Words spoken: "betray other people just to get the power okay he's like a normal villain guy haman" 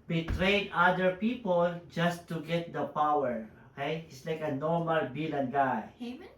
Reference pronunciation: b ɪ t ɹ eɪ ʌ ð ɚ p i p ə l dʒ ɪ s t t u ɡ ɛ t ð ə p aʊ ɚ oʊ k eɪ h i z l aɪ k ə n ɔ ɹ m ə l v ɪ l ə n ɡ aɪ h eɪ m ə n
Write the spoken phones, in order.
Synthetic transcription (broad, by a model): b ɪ t ɹ eɪ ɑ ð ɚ p i p ə l dʒ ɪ s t t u ɡ ɛ t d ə p aʊ ɚ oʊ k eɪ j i s l aɪ k ə n ɔ ɹ m ə l b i l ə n ɡ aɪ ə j